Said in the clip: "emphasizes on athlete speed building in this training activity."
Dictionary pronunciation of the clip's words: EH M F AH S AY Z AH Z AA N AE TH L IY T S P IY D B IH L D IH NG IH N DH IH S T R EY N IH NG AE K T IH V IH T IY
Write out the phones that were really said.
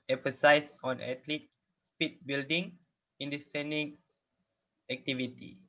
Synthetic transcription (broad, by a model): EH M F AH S AY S AA N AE T L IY T S P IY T B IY L D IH NG IH N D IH S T EY N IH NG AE K T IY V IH T IY